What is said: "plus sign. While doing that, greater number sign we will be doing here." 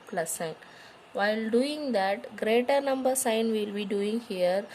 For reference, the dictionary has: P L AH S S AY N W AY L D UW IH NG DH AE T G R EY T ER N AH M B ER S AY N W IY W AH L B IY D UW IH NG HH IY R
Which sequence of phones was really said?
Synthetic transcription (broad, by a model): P L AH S S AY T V AY L D UW IH NG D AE T G R EY T ER N AH M B ER S AY N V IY L B IY D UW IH NG HH IY R